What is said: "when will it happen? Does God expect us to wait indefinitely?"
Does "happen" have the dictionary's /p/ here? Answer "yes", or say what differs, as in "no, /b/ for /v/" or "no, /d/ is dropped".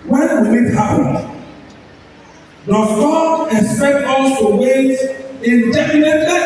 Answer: no, /p/ is dropped